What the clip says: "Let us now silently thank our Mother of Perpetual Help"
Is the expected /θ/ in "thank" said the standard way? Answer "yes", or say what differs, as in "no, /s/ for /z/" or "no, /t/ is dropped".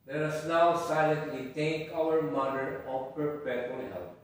no, /t/ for /θ/